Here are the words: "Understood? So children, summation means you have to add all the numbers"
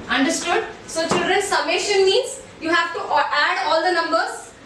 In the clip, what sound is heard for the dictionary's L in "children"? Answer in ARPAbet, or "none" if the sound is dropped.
L